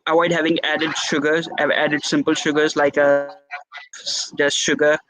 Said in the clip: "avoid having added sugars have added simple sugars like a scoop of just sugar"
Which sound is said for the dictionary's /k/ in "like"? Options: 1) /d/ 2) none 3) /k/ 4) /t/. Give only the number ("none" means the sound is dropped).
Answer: 2